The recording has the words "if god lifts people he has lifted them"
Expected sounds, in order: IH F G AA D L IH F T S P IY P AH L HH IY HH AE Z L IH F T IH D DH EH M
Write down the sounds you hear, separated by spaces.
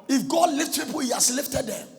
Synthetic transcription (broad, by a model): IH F G AA D L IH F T P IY P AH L HH IY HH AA S L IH F T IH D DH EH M